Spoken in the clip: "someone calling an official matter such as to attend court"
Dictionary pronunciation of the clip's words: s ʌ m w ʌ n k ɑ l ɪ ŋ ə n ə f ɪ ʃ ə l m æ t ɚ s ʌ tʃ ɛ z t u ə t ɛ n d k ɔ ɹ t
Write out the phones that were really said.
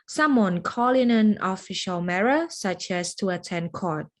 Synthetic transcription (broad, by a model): s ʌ m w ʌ n k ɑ l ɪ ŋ ə n ə f ɪ ʃ ə l m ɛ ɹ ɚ s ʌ tʃ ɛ s t u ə t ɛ n k ɔ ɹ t